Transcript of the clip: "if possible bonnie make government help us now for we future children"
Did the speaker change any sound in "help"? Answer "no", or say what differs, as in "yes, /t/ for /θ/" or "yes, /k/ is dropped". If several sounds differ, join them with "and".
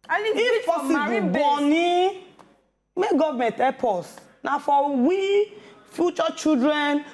yes, /l/ is dropped